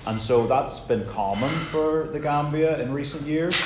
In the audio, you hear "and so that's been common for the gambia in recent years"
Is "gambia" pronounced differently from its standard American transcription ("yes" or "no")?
no